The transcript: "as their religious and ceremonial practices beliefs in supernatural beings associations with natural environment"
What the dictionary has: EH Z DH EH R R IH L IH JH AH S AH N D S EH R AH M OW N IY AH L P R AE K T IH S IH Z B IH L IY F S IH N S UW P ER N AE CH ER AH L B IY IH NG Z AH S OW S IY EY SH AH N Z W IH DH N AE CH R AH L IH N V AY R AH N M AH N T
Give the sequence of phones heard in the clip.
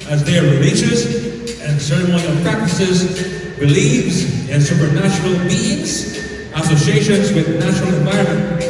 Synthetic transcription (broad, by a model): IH Z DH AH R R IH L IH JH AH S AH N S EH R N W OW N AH P R AE K T IH S IH Z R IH L IY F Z IH N S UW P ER N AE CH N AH L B IY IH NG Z AH S OW S IY EY SH AH N Z W IH DH N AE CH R L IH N V AY R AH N M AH N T